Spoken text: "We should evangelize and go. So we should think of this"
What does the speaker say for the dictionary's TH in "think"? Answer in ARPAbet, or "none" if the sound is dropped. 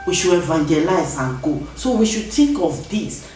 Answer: T